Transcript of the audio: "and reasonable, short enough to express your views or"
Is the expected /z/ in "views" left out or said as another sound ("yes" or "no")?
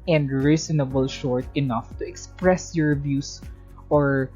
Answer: yes